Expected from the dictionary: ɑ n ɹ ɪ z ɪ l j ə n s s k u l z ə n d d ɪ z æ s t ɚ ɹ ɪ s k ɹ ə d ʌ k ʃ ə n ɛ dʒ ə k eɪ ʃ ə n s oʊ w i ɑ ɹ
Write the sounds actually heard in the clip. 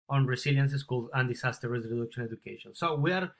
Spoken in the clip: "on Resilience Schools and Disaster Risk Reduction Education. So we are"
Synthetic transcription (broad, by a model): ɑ n ɹ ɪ s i l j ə n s s k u l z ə n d d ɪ s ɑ s t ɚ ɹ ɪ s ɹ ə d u k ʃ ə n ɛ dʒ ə k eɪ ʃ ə n s oʊ w i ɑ ɹ